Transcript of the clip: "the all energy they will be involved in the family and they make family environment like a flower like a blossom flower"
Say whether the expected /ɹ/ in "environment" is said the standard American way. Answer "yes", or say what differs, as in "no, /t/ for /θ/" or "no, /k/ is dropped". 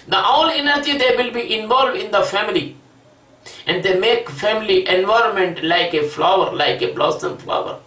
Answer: yes